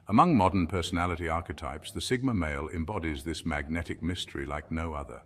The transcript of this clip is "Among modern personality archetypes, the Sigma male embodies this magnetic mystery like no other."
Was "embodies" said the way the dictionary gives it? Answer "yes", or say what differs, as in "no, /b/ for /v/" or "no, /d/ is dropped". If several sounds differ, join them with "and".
yes